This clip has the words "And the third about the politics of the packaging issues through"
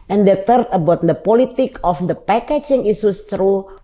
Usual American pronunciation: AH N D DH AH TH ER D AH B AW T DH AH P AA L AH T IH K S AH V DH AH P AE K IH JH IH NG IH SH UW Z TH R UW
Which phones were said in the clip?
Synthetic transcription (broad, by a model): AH N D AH T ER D AH B AW T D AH P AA L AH T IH K AH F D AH P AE K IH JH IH NG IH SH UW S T R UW